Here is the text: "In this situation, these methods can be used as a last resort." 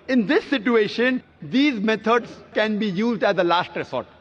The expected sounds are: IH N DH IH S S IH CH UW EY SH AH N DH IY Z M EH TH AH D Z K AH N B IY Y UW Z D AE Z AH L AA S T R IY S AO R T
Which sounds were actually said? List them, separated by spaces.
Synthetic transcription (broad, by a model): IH N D IH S S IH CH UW EY SH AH N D IY Z M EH T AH D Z K AH N B IY Y UW Z D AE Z AH L AA S T R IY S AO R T